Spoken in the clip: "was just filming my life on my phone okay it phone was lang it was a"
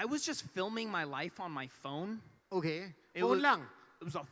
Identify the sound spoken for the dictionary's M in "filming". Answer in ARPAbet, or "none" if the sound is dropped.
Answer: M